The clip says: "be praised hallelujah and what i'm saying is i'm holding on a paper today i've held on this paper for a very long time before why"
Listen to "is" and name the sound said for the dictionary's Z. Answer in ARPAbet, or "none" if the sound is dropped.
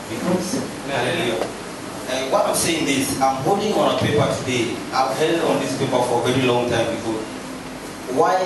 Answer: S